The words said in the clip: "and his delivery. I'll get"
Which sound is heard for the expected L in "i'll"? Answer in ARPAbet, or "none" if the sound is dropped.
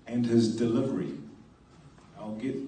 L